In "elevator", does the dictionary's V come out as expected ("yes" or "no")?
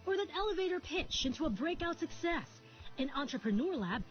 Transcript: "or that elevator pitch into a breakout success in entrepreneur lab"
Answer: yes